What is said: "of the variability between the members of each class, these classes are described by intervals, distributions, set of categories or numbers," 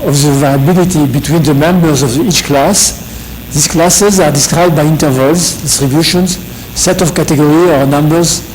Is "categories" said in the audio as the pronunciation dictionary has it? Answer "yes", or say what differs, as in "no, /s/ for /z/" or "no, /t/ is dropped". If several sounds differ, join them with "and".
no, /z/ is dropped